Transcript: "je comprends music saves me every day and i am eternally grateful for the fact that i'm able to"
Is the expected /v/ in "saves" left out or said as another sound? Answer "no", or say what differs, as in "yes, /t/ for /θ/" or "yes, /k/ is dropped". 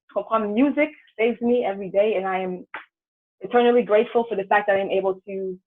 no